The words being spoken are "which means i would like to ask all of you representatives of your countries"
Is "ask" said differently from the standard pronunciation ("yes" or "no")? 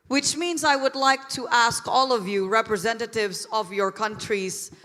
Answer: no